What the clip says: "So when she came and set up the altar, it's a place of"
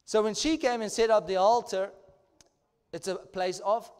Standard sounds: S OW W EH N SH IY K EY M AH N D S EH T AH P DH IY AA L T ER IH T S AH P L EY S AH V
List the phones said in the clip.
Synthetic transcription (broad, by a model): S OW W EH N SH IY K EY M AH N S EH T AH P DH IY AA L T ER IH T S AH P L EY S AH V